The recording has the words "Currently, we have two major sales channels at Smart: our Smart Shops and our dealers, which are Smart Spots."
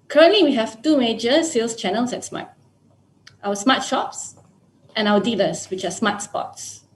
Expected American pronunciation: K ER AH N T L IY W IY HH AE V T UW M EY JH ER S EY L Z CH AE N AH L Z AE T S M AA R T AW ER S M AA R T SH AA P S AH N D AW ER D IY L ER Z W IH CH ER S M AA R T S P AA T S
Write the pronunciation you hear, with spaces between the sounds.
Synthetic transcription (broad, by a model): K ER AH N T L IY W IY HH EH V T UW M EY JH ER S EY L S CH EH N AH L S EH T S M AA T T AW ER S M AA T SH AA P S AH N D AW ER D IY L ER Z W IH CH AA S M AA T S P AA T S